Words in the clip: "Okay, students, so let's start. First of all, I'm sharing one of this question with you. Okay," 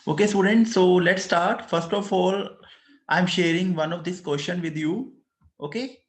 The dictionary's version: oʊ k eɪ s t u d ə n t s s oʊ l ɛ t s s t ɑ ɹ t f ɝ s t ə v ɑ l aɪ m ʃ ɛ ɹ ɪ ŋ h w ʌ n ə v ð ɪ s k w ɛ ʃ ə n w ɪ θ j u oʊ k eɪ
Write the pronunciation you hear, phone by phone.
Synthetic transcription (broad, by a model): oʊ k eɪ s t u d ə n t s s oʊ l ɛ t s s t ɑ ɹ t f ɝ s t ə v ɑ l aɪ m ʃ ɛ ɹ ɪ ŋ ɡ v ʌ n ə v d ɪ s k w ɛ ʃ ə n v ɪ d j u oʊ k eɪ